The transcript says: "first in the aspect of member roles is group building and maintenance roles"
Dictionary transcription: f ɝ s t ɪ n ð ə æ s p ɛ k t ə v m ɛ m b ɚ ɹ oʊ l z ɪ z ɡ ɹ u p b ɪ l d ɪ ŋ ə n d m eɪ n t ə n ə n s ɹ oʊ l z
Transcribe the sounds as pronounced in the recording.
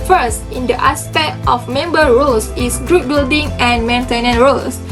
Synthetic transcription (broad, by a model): f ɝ s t ɪ n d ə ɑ s p ɛ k t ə f m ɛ m b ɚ ɹ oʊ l s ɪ s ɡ ɹ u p b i l d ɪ ŋ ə n m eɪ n t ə n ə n ɹ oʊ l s